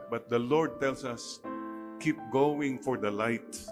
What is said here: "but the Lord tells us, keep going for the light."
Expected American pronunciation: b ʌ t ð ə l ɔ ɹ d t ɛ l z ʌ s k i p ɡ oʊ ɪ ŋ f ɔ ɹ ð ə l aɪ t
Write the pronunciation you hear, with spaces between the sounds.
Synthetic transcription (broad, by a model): b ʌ t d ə l ɔ ɹ d t ɛ l s ʌ s k i p ɡ oʊ ɪ ŋ f ɔ ɹ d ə l aɪ t